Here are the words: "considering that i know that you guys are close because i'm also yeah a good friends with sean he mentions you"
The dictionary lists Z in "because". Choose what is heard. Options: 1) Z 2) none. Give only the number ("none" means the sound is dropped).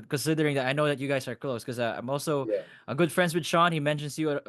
2